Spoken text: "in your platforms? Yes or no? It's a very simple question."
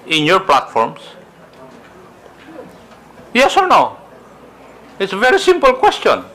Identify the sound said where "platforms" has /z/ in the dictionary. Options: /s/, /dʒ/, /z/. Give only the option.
/s/